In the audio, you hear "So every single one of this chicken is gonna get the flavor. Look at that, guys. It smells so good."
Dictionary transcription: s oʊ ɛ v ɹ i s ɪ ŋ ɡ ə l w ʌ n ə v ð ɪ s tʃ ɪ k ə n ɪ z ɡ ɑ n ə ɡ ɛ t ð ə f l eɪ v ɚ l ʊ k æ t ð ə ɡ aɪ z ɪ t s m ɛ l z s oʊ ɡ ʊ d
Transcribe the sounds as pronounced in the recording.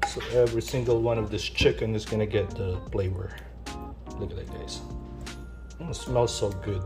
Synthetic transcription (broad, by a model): s oʊ ɛ v ɹ i s ɪ ŋ ɡ ə l w ʌ n ə v ð ɪ s tʃ ɪ k ə n ɪ z ɡ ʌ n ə ɡ ɛ t ð ə p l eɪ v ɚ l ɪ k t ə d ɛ ɪ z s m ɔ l s oʊ ɡ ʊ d